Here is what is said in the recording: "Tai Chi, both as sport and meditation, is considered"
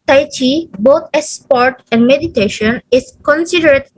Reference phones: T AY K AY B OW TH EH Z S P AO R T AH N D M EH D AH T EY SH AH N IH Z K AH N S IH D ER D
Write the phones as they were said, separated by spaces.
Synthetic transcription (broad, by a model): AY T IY B OW T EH S P AO R T AH N D M EH D AH T EY SH AH N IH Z K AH N S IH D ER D